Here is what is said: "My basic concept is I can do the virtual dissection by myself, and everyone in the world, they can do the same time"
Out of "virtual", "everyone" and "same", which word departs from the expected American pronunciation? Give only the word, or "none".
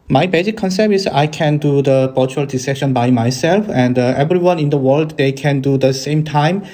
virtual